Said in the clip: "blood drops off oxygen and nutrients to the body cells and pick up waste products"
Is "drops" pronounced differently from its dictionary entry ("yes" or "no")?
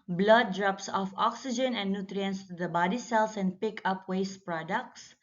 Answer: no